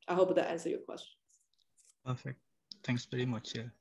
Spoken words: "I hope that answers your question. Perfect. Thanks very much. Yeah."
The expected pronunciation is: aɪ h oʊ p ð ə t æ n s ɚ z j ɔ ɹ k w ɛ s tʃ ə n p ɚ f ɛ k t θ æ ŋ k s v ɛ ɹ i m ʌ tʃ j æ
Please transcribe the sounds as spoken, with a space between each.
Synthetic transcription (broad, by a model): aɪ h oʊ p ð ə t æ n s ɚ j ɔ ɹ k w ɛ s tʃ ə n p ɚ f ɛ k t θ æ ŋ k s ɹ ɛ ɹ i m ʌ tʃ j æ